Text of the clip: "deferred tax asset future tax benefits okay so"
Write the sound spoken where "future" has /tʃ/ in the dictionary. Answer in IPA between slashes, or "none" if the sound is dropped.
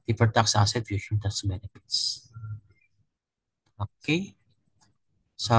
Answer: /ʃ/